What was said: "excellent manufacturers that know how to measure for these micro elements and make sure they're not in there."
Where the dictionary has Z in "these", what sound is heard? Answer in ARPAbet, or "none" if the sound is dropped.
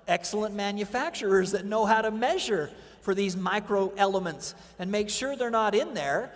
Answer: Z